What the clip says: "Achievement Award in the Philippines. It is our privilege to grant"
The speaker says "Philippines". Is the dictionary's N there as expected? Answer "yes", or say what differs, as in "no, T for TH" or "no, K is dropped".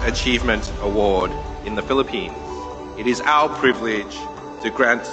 yes